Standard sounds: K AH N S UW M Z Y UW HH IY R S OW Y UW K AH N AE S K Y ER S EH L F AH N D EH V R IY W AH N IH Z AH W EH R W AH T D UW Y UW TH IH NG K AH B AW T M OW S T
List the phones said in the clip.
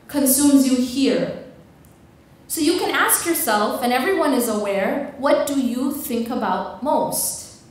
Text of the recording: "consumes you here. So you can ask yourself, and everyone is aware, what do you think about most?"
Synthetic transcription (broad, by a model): K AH N S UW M Z Y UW HH IY R S OW Y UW K AH N AE S K Y ER S EH L F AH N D EH V R IY W AH N IH Z AH W EH R W AH T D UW Y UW TH IH NG K AH B AW T M OW S T